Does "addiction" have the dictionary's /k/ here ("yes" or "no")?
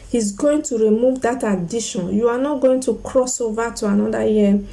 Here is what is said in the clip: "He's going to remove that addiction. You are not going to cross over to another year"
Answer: no